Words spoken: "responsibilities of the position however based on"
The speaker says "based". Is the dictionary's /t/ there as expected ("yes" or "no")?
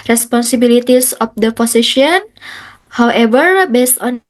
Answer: yes